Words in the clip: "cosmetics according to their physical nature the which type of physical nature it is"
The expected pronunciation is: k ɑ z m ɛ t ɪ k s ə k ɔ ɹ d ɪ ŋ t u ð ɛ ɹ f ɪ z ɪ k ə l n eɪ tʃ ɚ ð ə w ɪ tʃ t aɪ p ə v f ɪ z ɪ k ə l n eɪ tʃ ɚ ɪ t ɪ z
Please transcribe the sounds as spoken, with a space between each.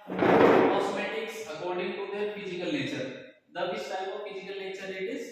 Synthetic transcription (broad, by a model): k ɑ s m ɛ t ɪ k s ə k ɔ ɹ d ɪ ŋ t u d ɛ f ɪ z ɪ k ə l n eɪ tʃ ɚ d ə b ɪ s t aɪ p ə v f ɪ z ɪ k ə l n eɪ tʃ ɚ ɪ t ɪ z